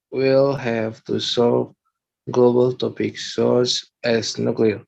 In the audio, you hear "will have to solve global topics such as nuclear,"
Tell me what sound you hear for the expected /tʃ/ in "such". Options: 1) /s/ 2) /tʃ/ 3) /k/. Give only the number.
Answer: 1